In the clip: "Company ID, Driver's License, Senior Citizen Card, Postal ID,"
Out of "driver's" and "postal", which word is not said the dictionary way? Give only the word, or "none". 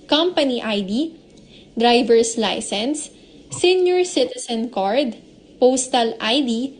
driver's